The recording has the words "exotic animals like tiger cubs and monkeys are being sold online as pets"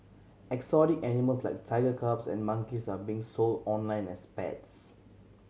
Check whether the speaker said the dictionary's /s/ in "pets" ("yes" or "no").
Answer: yes